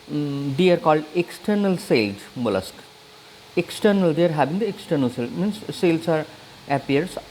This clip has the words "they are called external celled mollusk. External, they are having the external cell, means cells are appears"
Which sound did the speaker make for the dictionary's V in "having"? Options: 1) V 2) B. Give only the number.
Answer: 2